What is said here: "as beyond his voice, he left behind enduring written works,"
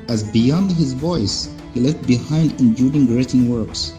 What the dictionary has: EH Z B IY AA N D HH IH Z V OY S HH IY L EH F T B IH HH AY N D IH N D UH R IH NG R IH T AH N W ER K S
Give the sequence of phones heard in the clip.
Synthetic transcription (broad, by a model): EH Z B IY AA N D HH IH Z V OY S HH IY L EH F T B IH HH AY N D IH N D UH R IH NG R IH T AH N W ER K S